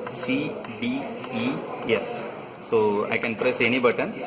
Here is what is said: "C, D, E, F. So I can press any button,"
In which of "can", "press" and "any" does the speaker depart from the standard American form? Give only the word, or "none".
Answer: none